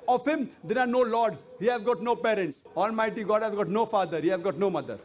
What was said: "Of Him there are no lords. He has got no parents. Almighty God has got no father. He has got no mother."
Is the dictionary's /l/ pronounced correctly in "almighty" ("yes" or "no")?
yes